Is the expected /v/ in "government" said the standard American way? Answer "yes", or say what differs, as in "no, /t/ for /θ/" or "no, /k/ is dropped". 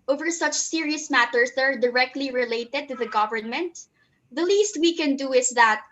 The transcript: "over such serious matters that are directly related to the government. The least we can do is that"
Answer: yes